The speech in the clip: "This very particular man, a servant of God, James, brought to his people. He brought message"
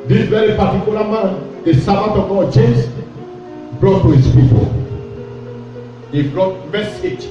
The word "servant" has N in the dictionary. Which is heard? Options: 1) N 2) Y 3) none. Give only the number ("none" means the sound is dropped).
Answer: 3